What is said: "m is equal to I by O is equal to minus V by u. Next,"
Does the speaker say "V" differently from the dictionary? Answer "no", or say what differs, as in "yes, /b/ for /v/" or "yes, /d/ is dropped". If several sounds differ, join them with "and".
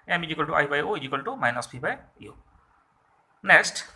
yes, /p/ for /v/